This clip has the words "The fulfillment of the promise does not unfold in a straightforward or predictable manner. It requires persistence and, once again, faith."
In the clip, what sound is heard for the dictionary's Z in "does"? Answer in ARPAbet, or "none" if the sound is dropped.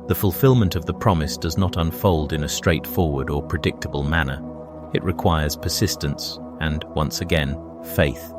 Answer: Z